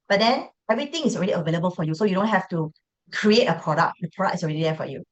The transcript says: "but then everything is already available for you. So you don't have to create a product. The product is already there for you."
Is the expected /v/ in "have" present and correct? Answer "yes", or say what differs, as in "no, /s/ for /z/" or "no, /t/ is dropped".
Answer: no, /f/ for /v/